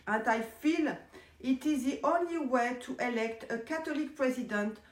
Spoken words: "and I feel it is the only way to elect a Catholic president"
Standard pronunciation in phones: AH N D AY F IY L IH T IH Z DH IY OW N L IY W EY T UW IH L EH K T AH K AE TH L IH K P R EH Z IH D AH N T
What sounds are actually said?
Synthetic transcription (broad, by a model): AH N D AY F IY L IH T IH Z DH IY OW N L IY W EY T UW IH L EH K T AH K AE T L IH K P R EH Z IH D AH N T